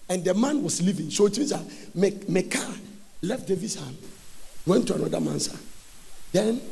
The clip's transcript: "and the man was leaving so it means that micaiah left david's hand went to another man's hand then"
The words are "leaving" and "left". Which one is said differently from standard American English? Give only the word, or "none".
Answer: none